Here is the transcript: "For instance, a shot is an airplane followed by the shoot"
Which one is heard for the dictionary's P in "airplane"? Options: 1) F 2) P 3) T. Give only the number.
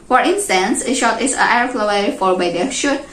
1